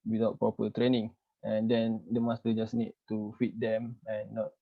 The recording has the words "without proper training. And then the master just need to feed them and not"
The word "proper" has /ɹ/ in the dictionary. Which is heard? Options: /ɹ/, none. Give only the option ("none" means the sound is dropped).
none